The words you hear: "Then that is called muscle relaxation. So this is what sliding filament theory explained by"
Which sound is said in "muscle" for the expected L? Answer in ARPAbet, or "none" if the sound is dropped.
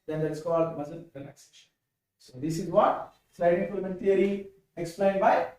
N